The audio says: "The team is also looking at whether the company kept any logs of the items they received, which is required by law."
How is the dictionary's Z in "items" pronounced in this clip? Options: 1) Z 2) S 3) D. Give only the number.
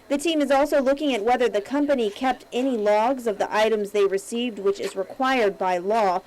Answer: 1